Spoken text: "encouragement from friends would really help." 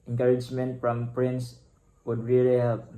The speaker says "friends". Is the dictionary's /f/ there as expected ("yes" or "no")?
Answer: no